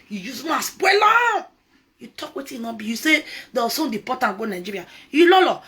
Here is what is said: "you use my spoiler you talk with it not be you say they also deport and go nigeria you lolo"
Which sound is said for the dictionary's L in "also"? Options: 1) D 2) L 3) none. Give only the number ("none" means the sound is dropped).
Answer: 3